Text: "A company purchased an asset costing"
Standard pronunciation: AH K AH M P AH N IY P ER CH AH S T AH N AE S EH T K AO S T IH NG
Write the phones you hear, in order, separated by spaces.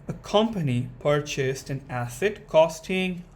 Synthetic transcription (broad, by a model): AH K AH M P AH N IY P ER CH AH S T AH N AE S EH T K AO S T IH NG